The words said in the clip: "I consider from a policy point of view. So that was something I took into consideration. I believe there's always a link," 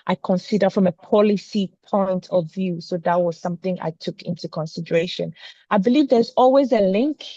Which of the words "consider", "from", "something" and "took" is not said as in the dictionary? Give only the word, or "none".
none